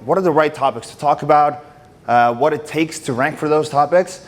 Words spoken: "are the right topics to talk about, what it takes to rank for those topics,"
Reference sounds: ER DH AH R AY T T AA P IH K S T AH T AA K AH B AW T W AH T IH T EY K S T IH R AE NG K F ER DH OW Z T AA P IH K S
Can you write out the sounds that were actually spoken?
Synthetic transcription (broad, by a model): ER DH AH R AY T T AA P IH K S T AH T AA K AH B AW T W AH T IH T EY K S T IH R AE NG K F ER DH OW Z T AA P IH K S